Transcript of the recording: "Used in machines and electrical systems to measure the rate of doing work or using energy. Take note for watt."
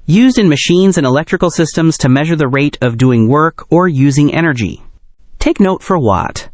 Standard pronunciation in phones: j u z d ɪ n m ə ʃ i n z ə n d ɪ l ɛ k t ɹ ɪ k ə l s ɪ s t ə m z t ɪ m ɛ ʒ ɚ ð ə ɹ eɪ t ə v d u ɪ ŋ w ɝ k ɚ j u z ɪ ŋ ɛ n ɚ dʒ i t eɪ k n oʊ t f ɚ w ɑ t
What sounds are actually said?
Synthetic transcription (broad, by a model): j u z d ɪ n m ə ʃ i n z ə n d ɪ l ɛ k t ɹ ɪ k l s ɪ s t ə m z t ɪ m ɛ ʒ ɚ ð ə ɹ eɪ t ə v d u ɪ ŋ w ɝ k ɚ j u z ɪ ŋ ɛ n ɚ dʒ i t eɪ k n oʊ t f ɚ w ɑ t